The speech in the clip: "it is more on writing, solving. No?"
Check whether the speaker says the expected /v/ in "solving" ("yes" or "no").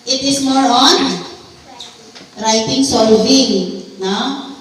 no